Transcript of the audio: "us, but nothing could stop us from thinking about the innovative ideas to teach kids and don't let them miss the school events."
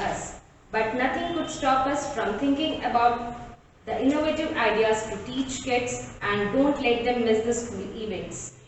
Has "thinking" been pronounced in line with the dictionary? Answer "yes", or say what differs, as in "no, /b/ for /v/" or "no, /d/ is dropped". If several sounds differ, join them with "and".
no, /t/ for /θ/